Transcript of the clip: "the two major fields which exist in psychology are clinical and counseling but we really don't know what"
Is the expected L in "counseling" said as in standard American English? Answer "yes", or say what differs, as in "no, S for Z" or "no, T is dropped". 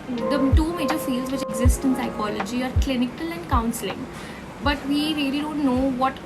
yes